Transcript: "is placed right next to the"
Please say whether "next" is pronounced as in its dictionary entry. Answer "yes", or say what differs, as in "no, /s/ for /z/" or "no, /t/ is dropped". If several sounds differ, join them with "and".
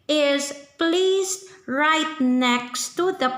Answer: yes